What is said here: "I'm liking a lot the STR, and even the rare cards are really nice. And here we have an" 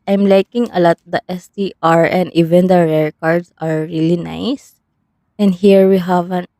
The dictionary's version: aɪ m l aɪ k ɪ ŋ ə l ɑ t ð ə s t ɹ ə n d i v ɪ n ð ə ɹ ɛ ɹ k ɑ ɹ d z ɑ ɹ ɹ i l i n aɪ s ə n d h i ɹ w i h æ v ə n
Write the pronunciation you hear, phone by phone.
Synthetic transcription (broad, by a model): aɪ m l aɪ k ɪ ŋ ə l ɑ t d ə s t ɹ ə n d i v ɪ n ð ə ɹ ɛ ɹ k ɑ ɹ d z ɑ ɹ ɹ i l i n aɪ s ə n d h i ɹ w i h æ v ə n